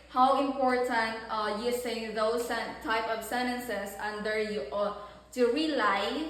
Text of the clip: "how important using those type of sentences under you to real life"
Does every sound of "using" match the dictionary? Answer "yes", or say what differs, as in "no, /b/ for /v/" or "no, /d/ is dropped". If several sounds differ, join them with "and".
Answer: no, /s/ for /z/